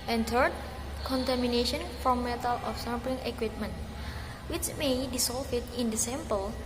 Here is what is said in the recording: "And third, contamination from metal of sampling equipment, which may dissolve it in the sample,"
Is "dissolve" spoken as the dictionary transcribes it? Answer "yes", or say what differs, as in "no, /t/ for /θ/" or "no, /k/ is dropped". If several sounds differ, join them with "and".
no, /s/ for /z/ and /f/ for /v/